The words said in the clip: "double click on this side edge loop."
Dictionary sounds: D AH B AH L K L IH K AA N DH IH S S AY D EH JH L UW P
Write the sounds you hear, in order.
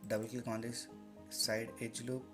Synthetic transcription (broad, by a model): D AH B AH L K IH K AA N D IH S S AY D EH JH L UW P